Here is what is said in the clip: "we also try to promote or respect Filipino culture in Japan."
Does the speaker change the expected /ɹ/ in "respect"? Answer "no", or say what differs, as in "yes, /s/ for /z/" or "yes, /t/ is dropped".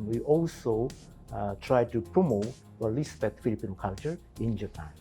yes, /l/ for /ɹ/